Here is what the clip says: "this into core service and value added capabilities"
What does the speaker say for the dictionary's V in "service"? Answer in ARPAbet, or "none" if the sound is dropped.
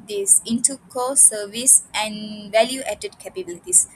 V